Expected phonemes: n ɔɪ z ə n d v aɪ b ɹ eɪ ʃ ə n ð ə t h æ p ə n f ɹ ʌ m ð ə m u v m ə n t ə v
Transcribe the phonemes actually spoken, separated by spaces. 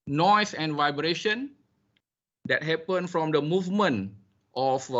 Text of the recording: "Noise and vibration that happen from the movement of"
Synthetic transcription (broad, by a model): n ɔɪ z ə n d v aɪ b ɹ eɪ ʃ ə n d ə t h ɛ p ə n f ɹ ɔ m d ə m u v m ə n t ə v